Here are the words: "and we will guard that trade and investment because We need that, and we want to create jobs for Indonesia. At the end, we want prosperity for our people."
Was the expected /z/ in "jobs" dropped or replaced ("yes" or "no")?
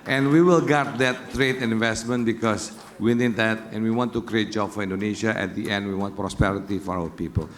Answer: yes